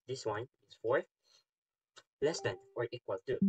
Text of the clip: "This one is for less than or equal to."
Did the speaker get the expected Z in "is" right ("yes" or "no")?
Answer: no